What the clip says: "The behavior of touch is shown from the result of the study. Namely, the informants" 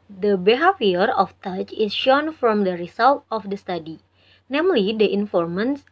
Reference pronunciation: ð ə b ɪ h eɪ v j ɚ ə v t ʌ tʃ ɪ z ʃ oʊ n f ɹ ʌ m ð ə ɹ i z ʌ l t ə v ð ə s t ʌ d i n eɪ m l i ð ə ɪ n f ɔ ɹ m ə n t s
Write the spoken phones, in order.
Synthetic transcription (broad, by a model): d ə b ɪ h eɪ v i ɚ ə f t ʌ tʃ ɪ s ʃ oʊ n f ɹ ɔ m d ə ɹ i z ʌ l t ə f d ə s t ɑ d i n eɪ m l i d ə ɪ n f ɔ ɹ m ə n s